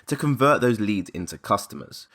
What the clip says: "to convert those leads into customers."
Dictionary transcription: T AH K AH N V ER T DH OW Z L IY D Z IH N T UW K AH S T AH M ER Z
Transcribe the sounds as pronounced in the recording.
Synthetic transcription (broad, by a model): T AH K AH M V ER T DH OW Z L IY D Z IH N T UW K AH S T AH M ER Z